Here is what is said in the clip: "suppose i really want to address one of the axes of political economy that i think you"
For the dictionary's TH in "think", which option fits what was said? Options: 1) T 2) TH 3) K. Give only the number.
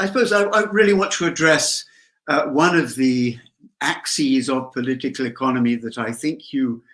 2